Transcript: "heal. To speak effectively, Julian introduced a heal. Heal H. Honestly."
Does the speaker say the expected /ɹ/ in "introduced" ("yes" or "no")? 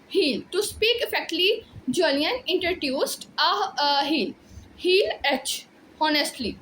no